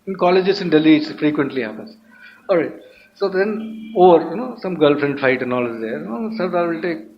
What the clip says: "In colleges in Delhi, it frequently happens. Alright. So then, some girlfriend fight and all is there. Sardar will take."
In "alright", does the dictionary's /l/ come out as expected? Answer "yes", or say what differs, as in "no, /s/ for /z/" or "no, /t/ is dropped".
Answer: no, /l/ is dropped